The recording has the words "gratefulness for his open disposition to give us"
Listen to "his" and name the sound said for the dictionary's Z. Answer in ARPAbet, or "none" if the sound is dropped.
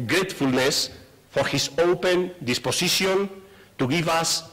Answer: S